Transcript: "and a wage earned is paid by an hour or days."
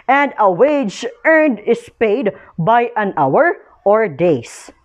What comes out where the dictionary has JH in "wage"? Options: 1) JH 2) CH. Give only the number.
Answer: 1